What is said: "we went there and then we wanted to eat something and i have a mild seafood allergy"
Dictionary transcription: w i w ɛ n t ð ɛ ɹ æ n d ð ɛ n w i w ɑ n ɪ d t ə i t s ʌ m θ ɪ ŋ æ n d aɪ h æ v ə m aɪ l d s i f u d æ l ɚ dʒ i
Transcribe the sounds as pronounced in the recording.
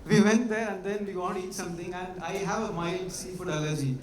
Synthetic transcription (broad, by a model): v i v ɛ n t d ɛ ɹ æ n d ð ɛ n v i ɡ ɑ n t i t s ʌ m t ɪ ŋ æ n d aɪ h æ v ə m aɪ l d s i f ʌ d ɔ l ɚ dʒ i